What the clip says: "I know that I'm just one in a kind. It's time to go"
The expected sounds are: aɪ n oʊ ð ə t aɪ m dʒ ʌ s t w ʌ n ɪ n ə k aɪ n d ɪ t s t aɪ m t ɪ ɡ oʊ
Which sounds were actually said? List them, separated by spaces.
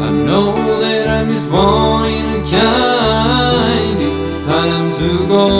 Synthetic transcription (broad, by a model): aɪ n oʊ ð ə t aɪ m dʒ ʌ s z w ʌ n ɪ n ə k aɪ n ɪ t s t aɪ m t ɪ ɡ oʊ